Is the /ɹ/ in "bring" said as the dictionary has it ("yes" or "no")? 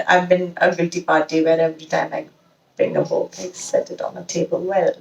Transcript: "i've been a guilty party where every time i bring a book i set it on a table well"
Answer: no